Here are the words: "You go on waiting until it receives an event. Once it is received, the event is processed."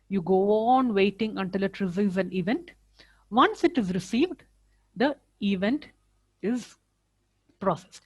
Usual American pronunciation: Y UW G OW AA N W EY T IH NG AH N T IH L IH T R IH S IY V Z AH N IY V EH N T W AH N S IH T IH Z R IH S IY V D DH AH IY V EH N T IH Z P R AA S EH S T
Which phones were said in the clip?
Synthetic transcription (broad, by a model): Y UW G OW AA N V EY T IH NG AH N T IH L IH T R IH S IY Z AH N IY V EH N T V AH N S IH T IH Z R IH S IY V D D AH IY V EH N T IH Z P R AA S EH S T